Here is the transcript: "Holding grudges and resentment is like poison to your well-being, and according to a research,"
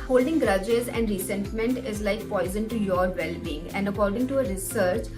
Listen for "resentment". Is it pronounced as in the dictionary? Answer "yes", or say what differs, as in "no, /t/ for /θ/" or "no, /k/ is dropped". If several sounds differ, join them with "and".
no, /s/ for /z/